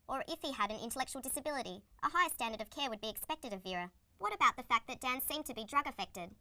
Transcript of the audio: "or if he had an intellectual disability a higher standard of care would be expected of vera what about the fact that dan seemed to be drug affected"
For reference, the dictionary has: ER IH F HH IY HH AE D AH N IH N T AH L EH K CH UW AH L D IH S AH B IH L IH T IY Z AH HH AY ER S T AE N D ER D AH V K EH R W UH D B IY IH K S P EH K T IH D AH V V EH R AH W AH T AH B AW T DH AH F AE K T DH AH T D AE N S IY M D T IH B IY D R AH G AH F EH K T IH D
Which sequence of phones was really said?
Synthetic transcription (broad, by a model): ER IH F HH IY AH D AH N IH N T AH L EH K CH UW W L D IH S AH B IH L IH T IY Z AH HH AY ER S T AE N D ER D AH V K EH R W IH D B IY IH K S P EH K T IH D AH V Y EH R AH W AH T AH B AW T DH AH F AE K DH AH T D AE N S IY M T IH B IY D R AH G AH F EH K T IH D